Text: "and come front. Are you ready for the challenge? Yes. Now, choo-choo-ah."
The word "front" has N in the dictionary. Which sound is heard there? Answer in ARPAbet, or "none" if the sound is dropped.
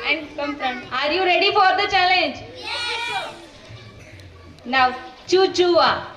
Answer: none